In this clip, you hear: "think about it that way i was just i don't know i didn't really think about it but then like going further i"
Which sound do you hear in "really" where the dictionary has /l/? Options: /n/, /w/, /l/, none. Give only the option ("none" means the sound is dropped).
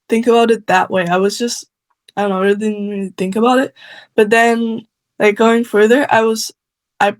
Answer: none